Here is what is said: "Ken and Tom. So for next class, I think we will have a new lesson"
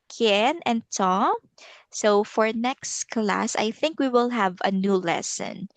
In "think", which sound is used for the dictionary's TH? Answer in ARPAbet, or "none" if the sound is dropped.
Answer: TH